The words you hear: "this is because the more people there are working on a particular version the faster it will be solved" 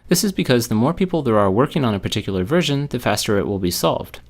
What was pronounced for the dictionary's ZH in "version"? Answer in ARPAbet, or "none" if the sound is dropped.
ZH